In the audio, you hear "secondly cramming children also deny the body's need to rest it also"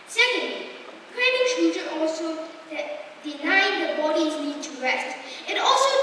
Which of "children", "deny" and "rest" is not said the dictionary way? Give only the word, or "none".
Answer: children